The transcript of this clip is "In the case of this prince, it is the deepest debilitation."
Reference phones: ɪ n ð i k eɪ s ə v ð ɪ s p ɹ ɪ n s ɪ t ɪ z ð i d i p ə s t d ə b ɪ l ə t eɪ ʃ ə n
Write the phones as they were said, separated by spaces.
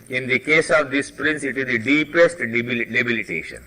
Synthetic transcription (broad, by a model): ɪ n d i k eɪ s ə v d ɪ s p ɹ ɪ n s ɪ t ɪ z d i d i p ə s t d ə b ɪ l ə t eɪ ʃ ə n